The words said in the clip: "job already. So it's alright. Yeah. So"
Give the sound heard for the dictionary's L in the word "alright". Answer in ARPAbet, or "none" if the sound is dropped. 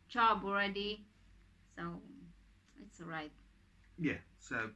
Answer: none